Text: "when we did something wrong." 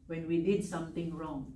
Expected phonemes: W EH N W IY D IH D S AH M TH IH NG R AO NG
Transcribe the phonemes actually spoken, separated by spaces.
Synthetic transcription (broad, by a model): W EH N W IY D IH D S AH M T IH NG R AO NG